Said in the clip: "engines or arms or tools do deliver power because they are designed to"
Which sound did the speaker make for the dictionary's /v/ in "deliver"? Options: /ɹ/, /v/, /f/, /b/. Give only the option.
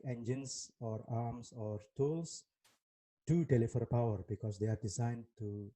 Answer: /f/